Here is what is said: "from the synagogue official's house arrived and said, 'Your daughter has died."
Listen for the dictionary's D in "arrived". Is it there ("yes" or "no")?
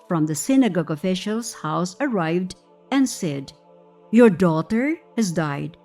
yes